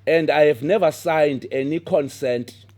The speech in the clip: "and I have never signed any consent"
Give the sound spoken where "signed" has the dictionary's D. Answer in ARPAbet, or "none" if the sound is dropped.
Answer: D